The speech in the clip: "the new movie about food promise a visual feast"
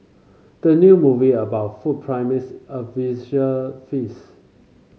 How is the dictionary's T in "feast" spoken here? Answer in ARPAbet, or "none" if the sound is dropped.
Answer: none